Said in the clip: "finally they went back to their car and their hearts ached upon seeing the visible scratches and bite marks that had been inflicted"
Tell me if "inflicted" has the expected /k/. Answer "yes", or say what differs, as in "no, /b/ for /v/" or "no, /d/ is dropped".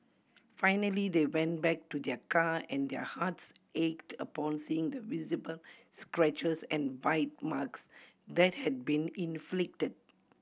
yes